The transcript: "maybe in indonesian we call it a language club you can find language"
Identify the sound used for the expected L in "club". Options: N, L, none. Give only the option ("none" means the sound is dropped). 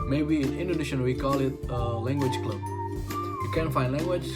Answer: L